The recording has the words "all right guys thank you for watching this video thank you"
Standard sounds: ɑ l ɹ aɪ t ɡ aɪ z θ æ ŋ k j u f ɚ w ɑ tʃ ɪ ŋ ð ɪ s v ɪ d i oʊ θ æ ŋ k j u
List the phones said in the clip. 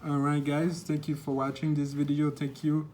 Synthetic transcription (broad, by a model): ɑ ɹ aɪ t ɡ aɪ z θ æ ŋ k j u f ɚ w ɑ tʃ ɪ ŋ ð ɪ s v ɪ d i oʊ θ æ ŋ k j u